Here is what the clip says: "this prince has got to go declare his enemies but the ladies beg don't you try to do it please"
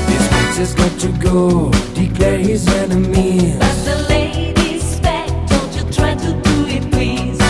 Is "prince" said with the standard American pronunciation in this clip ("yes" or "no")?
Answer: no